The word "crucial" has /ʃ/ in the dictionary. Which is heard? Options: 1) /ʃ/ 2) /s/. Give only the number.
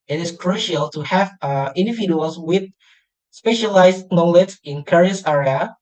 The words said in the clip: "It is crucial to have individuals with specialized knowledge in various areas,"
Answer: 1